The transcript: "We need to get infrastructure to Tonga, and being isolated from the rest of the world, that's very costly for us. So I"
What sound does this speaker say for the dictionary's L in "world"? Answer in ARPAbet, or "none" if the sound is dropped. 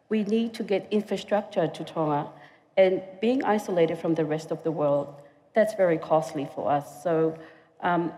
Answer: L